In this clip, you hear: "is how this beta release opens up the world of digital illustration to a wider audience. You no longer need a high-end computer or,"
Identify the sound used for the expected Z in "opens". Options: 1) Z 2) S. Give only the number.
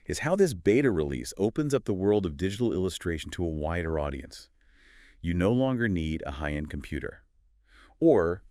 1